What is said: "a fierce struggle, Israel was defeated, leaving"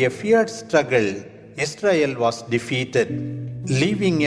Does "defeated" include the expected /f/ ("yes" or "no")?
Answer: yes